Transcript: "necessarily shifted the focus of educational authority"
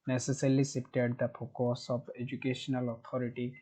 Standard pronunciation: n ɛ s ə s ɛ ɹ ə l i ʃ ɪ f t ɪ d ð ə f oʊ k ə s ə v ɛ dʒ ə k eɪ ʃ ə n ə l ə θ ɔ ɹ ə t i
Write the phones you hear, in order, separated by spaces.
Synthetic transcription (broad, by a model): n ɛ s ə s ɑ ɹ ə l i s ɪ p t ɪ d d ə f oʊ k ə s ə b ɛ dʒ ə k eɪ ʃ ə n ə l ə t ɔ ɹ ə t i